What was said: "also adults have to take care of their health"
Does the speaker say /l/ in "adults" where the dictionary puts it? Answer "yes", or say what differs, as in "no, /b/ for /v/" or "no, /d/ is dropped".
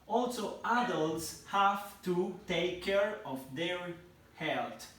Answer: yes